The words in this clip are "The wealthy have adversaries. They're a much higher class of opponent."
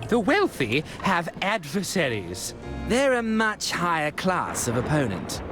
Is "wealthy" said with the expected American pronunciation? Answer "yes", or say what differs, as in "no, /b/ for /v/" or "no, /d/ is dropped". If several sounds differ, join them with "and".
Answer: yes